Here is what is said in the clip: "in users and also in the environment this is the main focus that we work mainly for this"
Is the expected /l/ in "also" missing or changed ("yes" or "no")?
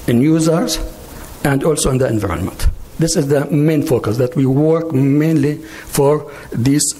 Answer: no